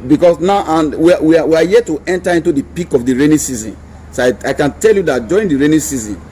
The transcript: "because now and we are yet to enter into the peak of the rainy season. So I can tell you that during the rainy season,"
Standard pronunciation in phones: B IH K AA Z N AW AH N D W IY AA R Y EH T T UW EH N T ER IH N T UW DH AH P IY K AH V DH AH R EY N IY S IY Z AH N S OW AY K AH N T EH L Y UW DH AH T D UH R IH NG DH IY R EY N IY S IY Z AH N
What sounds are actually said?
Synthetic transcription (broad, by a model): B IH K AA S N AW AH N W W IY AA W Y EH T T UW EH N T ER IH N T UW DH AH P IY K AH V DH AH R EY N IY S IY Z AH N S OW AY K AH N T EH L Y UW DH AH T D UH R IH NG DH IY R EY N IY S IY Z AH N